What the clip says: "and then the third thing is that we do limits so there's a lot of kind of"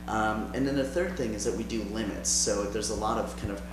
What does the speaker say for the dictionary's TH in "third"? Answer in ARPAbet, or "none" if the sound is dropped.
TH